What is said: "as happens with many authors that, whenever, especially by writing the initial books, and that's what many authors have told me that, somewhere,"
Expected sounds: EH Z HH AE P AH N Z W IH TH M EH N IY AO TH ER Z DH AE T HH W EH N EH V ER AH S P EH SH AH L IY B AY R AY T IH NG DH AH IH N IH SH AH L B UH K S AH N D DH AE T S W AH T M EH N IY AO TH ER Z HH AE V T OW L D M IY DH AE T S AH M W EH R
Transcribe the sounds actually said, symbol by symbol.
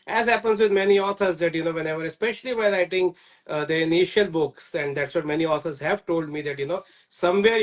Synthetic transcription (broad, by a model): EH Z HH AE P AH N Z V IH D M EH N IY AO T ER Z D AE T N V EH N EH V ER AH S P EH SH AH L IY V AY L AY T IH NG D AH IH N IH SH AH L B UH K S AH N D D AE T S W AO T M EH N IY AO T ER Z HH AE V T OW L D M IY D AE T S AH M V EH R